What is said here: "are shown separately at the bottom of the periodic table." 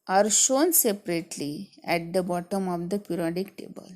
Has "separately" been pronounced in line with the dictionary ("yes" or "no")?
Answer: yes